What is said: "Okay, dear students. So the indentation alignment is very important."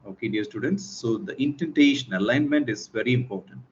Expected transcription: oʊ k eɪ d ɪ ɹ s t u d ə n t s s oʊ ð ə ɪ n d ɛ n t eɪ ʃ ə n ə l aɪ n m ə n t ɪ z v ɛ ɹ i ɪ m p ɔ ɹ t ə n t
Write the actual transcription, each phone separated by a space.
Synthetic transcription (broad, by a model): oʊ k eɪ d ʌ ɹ s t u d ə n t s s oʊ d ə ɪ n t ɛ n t eɪ ʃ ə n ə l aɪ n m ə n t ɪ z v ɛ ɹ i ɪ m p ɔ ɹ t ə n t